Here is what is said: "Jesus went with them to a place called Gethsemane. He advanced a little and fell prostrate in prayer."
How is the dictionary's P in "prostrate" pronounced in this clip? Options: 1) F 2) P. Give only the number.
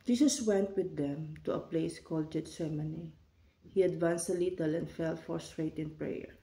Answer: 1